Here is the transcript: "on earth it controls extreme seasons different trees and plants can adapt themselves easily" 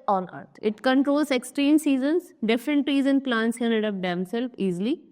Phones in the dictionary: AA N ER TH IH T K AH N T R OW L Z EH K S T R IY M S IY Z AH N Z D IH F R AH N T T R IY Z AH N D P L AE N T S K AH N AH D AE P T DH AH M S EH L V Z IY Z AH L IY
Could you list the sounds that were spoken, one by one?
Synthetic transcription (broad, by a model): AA N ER T IH T K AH N T R OW L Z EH K S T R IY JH S IY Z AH N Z D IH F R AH N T T R IY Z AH N P L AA N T S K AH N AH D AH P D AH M S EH L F IY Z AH L IY